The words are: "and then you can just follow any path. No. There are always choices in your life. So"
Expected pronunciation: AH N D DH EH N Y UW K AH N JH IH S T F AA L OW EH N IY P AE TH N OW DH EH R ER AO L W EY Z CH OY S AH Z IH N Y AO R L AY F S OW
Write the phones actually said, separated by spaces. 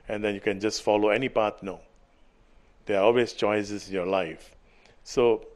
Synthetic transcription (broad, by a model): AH N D EH N Y UW K AH N JH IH S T F AA L OW EH N IY P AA T N OW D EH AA AO L W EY S CH OY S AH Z IH N Y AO L AY F S OW